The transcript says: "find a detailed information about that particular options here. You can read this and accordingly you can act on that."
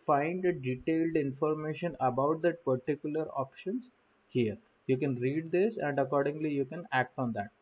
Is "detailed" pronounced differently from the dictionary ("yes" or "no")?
no